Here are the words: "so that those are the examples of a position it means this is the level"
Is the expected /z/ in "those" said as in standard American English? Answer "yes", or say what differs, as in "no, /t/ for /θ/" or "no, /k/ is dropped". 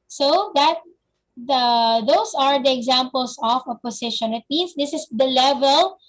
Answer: no, /s/ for /z/